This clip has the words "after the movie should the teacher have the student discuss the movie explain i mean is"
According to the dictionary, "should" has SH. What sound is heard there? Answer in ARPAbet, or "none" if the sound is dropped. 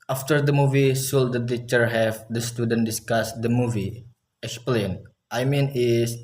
S